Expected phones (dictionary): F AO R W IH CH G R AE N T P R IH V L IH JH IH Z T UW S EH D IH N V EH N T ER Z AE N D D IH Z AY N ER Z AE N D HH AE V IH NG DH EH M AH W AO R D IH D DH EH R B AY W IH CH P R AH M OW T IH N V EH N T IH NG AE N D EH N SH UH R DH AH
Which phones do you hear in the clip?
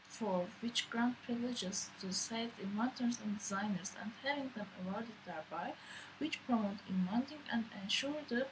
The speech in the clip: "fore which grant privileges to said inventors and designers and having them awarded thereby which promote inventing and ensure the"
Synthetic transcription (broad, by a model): F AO R W IH CH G R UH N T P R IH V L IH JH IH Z T UW S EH IH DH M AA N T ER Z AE N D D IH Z AY N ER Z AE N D HH AE V IH NG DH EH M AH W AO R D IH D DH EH R B AY W IH CH P R AH M OW T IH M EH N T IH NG AE N D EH N SH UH R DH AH